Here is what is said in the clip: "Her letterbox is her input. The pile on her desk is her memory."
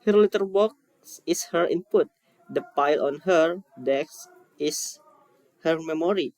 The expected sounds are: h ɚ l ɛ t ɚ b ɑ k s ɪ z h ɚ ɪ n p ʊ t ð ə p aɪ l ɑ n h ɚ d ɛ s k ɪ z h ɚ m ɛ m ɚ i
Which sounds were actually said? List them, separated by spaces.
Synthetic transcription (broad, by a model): h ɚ l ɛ t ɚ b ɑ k s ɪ s h ɚ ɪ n p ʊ t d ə p aɪ l ɑ n h ɚ d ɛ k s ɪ s h ɚ m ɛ m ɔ i